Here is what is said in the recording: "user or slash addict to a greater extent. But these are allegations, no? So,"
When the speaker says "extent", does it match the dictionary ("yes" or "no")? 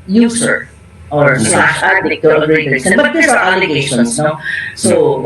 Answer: no